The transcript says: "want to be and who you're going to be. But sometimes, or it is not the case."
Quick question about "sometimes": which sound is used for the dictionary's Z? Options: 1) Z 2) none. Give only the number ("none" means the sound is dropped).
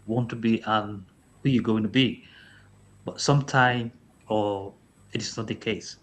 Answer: 2